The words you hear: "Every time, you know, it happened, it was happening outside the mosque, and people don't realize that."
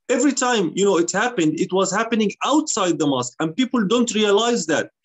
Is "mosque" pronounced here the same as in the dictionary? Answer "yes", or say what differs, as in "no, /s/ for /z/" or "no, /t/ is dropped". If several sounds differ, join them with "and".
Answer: yes